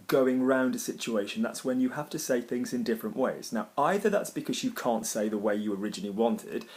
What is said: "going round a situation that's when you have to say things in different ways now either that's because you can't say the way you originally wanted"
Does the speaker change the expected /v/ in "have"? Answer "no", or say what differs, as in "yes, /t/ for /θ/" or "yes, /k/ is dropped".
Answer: yes, /f/ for /v/